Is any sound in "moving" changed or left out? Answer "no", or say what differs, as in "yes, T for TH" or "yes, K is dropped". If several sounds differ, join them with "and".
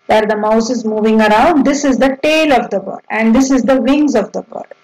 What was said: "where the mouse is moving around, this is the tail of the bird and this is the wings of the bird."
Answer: no